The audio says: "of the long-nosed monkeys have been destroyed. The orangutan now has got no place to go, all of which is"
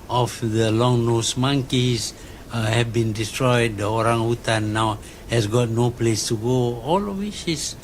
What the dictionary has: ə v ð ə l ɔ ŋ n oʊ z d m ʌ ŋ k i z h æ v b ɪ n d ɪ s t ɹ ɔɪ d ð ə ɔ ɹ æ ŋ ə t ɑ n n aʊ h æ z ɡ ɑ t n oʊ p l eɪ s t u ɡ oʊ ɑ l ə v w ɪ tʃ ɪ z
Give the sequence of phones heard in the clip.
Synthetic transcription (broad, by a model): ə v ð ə l ɔ ŋ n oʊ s m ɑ ŋ k i s h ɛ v b ɪ n d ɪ s t ɹ ɔɪ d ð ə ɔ ɹ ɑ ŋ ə t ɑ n n aʊ h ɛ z ɡ ɑ t n oʊ p l eɪ s t u ɡ oʊ ɑ l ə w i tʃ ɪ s